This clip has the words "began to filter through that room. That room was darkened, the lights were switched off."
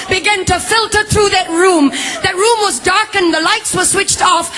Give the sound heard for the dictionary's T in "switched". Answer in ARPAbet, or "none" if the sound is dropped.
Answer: T